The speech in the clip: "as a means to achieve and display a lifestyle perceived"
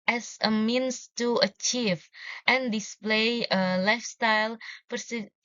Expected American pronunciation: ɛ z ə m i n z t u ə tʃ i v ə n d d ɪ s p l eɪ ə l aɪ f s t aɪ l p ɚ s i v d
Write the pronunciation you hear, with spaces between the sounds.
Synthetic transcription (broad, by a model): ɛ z ə m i n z t u ə tʃ i v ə n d d ɪ s p l eɪ ə l aɪ f s t aɪ l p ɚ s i